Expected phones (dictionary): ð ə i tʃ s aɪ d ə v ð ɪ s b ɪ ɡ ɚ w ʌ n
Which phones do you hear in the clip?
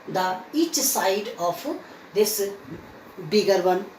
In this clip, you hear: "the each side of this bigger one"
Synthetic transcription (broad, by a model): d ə i tʃ s aɪ d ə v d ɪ s b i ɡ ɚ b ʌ n